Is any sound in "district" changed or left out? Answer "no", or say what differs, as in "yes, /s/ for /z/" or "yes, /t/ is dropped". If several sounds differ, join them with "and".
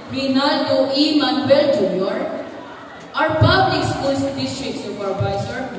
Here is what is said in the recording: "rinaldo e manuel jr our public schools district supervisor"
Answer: yes, /k/ is dropped